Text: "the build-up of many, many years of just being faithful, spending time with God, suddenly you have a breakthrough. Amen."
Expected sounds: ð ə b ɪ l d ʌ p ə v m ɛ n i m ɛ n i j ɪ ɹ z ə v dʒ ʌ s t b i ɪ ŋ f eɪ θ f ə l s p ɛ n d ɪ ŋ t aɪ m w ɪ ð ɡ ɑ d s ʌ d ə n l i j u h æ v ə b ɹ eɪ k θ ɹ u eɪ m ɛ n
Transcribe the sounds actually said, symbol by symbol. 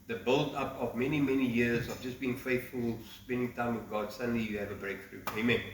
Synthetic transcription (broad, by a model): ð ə b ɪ l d ʌ p ə v m ɛ n i m ɛ n i j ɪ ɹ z ə v dʒ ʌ s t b i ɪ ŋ f eɪ θ f ə l s p ɛ n d ɪ ŋ t aɪ m w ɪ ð ɡ ɑ d s ʌ d ə n l i j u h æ v ə b ɹ eɪ k θ ɹ u eɪ m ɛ n